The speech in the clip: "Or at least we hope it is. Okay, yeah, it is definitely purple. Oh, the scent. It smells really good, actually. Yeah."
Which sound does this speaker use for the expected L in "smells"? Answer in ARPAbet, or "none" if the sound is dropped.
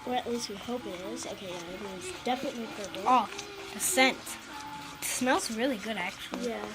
L